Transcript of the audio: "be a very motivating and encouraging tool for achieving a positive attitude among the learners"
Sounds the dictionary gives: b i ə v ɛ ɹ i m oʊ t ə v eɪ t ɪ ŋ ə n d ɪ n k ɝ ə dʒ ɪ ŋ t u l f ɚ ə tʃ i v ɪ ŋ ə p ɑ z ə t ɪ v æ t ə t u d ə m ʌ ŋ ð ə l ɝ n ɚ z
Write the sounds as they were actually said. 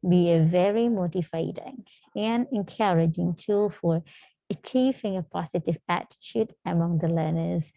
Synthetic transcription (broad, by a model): b i ə v ɛ ɹ i m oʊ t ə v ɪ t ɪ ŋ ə n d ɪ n k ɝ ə dʒ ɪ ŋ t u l f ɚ ə tʃ i v ɪ ŋ ə p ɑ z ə t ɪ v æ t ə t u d ə m ʌ ŋ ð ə l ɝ n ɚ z